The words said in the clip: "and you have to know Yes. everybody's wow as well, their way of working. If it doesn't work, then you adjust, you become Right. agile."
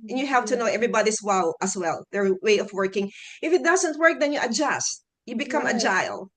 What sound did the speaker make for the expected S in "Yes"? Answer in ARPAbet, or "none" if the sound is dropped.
none